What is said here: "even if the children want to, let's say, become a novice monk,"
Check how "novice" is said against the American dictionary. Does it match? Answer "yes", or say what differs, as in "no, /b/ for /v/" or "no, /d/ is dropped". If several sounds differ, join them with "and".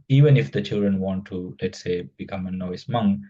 no, /v/ is dropped